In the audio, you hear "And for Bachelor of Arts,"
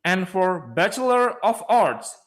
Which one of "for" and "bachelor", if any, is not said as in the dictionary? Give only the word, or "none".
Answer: none